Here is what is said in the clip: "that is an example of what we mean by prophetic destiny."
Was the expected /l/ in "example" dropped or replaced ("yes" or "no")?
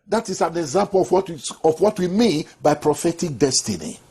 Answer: yes